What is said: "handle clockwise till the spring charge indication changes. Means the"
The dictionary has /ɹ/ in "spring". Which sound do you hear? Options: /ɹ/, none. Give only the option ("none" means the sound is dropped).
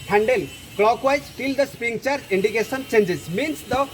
none